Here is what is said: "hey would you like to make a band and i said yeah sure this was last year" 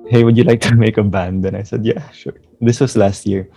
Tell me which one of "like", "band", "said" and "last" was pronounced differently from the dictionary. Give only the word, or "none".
none